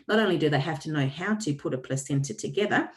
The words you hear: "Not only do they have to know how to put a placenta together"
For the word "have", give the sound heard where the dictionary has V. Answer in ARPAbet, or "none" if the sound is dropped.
F